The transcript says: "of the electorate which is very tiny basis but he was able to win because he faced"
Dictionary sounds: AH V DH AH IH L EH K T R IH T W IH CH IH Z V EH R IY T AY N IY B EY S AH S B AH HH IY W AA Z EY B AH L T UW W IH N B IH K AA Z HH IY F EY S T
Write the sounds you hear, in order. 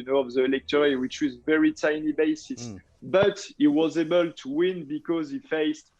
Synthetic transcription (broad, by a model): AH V DH AH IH L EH K T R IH W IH CH IH Z V EH R IY T AY N IY B EY S AH S B AH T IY W AA Z EY B AH L T UW W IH N B IH K AA Z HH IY F EY S T